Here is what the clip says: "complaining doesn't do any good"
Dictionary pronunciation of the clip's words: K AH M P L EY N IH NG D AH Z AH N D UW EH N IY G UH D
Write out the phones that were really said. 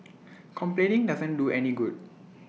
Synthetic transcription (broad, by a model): K AH M P L EY N IH NG D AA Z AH N D UW EH N IY G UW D